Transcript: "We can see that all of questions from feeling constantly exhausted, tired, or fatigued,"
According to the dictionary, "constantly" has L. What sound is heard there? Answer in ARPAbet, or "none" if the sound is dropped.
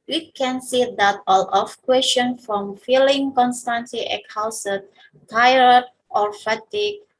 none